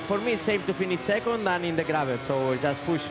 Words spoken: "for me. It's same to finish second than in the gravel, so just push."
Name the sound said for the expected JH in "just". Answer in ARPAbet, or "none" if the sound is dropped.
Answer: ZH